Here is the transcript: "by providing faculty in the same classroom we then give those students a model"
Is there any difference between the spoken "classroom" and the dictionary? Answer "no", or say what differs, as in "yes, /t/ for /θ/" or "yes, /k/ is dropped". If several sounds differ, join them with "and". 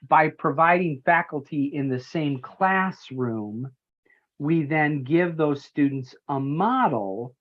no